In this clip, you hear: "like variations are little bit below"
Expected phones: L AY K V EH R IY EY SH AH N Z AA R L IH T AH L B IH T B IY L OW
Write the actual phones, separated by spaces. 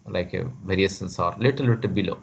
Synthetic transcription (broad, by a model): L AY K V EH R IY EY S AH N S AA R L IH T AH L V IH T B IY L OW